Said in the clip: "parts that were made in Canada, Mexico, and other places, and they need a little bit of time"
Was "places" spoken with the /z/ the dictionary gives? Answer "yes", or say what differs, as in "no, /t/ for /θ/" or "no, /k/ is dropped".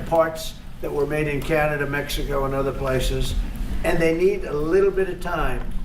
yes